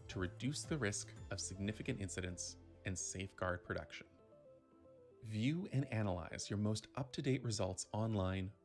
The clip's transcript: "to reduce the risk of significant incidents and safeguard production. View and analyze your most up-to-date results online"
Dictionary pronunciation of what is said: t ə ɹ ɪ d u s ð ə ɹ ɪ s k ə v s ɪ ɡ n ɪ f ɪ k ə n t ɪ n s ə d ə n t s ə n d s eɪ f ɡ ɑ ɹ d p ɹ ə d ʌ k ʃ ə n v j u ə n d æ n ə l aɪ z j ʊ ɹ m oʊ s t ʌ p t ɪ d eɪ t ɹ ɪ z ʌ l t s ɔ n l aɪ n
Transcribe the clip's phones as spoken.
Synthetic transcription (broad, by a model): t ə ɹ ɪ d u s ð ə ɹ ɪ s k ə v s ɪ ɡ n ɪ f ɪ k ə n t ɪ n s ə d ə n t s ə n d s eɪ f ɡ ɑ ɹ d p ɹ ə d ʌ k ʃ ə n v j u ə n æ n ə l aɪ z j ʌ ɹ m oʊ s t ʌ p t ɪ d eɪ t ɹ ɪ z ʌ l t s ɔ n l aɪ n